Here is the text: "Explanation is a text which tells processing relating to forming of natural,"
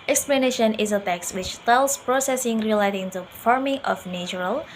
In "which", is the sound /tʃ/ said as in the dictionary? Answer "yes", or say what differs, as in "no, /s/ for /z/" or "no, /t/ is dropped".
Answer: yes